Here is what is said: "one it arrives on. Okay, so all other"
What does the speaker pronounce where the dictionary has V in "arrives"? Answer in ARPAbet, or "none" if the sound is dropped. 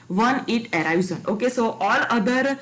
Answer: none